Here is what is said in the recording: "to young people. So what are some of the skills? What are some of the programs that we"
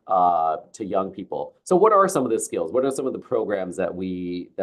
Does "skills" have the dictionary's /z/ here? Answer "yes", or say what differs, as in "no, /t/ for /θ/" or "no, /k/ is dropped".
yes